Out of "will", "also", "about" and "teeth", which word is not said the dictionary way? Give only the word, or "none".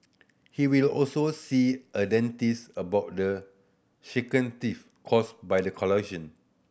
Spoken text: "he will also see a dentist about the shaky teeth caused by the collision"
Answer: teeth